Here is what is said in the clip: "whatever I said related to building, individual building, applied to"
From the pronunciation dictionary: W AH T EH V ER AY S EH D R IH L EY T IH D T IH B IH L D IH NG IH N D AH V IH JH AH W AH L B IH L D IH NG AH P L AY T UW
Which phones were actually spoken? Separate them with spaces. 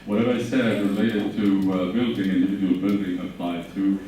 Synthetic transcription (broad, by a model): W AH T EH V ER AY S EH D R IH L EY T IH D T IH B IH L D IH NG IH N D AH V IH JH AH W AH L B IH L D IH NG AH P L AY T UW